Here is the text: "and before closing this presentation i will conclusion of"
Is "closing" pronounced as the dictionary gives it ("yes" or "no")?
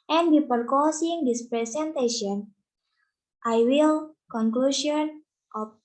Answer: no